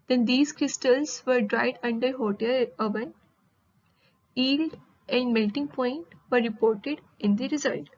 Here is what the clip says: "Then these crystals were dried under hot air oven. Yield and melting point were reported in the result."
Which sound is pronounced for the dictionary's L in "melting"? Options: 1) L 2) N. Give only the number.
1